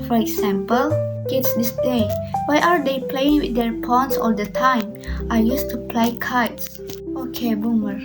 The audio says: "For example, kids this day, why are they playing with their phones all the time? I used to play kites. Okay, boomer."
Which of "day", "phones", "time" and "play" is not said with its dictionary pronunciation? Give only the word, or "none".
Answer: phones